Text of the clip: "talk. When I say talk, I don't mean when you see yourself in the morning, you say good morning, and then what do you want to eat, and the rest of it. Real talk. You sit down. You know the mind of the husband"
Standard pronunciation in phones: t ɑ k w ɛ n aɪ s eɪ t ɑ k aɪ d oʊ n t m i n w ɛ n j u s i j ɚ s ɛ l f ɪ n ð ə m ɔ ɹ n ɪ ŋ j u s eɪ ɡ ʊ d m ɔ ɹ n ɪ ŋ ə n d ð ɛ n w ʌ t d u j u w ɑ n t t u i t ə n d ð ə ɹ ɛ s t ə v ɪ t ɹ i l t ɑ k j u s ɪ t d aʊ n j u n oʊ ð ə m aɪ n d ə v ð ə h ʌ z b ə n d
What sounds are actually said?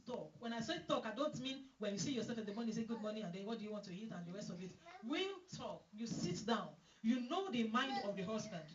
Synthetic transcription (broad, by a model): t ɑ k w ɛ n aɪ s eɪ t ɑ k aɪ d oʊ n t m i n w ɛ n j u s i j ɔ s ɛ l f ɪ n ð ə m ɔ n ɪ s eɪ ɡ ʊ d m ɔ n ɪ ə n d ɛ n w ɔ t d u j u w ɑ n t t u i t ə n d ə ɹ ɛ s t ə v ɪ t w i t ɑ k j u s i t d aʊ n j u n oʊ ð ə m aɪ n d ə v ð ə h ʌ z b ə n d